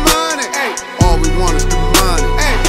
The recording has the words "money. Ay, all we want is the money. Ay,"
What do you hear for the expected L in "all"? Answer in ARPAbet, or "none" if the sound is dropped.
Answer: L